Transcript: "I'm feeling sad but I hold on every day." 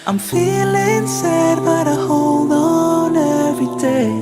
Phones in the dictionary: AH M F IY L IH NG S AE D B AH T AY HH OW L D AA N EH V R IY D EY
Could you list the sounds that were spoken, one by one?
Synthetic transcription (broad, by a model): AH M F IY L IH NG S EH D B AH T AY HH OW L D AA N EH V IY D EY